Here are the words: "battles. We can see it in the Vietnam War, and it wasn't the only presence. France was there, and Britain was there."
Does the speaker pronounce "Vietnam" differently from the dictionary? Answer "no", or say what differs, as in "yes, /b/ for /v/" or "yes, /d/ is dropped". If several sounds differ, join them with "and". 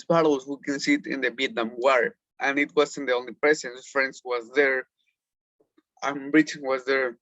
yes, /b/ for /v/